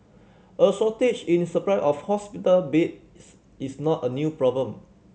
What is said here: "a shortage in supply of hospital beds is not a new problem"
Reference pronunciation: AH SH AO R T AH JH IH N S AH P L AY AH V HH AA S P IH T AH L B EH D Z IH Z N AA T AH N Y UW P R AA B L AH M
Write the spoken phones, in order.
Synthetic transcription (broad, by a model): AH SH AO T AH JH IH N S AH P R AY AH F HH AA S P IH T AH L B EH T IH S N AA T AH N Y UW P R AA B L AH M